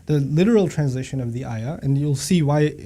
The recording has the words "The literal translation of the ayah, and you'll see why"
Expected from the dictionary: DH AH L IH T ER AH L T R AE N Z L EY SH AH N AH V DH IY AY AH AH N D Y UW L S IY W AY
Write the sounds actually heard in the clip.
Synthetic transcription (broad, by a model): DH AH L IH T ER L T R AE N Z IH SH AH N AH V DH IY AY AH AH N Y UW L S IY W AY